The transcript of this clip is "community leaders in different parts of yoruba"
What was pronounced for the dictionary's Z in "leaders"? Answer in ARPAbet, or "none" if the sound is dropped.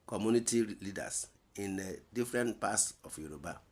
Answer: S